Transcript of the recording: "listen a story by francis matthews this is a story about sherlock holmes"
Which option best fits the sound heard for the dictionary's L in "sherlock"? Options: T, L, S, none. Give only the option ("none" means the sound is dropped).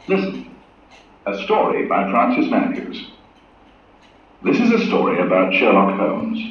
L